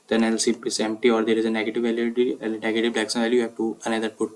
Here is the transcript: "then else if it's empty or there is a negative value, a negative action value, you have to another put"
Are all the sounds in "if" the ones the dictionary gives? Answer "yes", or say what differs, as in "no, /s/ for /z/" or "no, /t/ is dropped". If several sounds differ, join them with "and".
no, /p/ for /f/